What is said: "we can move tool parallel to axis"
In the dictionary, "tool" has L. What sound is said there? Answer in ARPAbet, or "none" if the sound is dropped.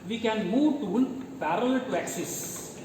N